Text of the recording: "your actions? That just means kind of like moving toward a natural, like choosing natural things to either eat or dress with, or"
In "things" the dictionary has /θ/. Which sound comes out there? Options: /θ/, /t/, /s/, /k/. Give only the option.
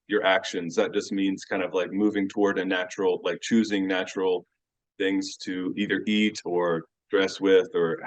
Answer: /θ/